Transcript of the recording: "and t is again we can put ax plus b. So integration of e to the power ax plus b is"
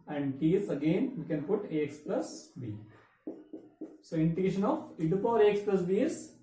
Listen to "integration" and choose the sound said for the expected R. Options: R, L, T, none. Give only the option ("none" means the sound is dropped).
none